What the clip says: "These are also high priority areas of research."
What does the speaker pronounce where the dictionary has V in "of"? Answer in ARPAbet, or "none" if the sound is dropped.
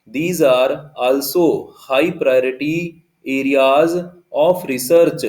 P